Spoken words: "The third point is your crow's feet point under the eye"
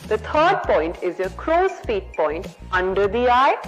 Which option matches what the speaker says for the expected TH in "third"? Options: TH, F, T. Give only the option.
T